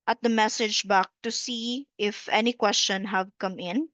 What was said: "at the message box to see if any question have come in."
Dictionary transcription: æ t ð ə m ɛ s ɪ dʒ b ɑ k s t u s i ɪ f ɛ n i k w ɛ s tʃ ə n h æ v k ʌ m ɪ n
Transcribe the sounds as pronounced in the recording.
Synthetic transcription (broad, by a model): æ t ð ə m ɛ s ɪ dʒ b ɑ k t u s i ɪ f ɛ n i k w ɛ s tʃ ə n h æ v k ʌ m ɪ n